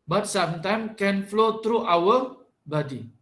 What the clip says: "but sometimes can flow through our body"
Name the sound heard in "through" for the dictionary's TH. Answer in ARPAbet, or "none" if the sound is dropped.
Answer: T